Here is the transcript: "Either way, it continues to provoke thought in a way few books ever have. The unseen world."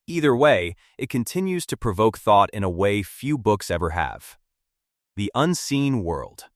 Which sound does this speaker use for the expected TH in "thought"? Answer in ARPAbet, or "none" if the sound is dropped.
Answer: TH